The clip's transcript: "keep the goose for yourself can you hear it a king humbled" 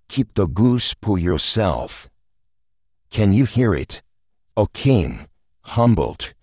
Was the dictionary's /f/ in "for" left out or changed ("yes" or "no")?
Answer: yes